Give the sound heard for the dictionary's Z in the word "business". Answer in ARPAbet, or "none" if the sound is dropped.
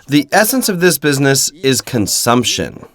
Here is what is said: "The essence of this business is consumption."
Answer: Z